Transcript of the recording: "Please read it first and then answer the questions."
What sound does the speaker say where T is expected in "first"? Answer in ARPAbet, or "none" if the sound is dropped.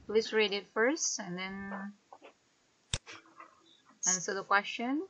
T